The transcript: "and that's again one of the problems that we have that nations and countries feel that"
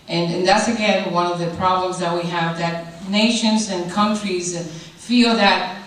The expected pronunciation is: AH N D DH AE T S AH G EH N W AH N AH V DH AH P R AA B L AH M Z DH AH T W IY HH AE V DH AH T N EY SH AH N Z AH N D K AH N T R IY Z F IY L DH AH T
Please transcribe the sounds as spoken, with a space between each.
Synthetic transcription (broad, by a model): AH N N DH AE T S AH G EH N W AH N AH V DH AH P R AA B L AH M Z DH AH T W IY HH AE V DH AH T N EY SH AH N Z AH N K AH N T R IY Z F IY L DH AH T